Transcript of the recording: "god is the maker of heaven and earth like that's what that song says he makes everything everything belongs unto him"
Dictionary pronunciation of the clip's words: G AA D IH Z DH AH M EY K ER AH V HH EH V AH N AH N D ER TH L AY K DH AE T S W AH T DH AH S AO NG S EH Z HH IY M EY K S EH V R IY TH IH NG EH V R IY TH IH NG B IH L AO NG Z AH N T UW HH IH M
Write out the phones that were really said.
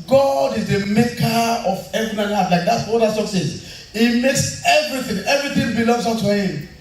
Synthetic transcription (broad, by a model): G AA D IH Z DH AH M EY K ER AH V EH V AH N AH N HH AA T L AY K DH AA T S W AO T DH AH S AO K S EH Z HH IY M EY K S EH V R IY TH IH NG EH V R IY TH IH NG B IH L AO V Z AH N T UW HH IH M